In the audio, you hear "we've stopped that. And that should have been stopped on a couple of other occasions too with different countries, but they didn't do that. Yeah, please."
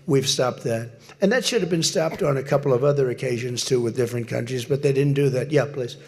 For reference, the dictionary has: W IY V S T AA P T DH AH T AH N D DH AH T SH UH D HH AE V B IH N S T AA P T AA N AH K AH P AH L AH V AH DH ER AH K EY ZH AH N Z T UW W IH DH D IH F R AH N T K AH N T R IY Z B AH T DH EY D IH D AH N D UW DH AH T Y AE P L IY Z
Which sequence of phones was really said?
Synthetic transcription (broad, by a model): W IY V S T AA P T DH AH T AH N DH AH T SH UH D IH V B IH N S T AA P T N AH K AH P L AH V AH DH ER AH K EY ZH AH N Z T UW W IH DH D IH F R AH N K AH N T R IY Z B AH T DH EY D IH D N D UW DH AH T Y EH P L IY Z